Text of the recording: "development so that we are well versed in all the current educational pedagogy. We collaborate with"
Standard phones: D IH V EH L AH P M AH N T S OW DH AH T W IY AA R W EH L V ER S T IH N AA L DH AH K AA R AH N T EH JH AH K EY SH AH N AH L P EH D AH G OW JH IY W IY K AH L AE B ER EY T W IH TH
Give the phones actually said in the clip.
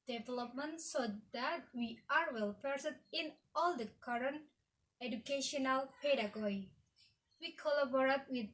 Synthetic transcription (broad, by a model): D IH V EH L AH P M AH N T S OW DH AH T W IY AA R W EH L P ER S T IH N AA L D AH K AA R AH N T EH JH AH K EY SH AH N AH L P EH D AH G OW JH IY W IY K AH L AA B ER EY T W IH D